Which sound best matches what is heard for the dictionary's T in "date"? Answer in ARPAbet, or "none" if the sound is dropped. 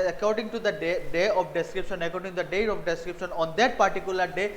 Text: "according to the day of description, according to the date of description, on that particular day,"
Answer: none